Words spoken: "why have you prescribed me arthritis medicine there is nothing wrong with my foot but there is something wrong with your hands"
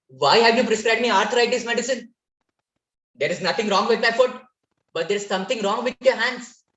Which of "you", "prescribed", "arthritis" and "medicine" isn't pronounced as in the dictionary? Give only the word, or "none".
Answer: arthritis